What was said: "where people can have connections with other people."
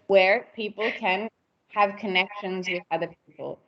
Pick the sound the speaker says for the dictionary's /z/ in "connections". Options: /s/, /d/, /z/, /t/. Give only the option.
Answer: /z/